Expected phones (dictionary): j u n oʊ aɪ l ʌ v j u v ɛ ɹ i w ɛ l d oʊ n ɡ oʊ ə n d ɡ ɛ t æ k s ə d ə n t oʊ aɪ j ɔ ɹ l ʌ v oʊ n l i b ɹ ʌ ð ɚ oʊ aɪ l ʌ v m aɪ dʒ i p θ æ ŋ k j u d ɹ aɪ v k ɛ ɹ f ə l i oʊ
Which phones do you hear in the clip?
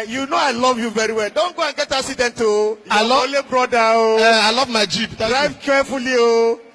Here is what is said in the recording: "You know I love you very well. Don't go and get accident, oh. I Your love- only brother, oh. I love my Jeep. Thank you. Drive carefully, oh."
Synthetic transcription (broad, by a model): j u n oʊ aɪ l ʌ v j u v ɛ ɹ i w ɛ l d oʊ n ɡ oʊ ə n ɡ ɛ t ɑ k s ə d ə n t oʊ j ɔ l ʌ oʊ l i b ɹ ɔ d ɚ oʊ aɪ l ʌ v m aɪ dʒ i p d ɹ aɪ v k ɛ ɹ f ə l i oʊ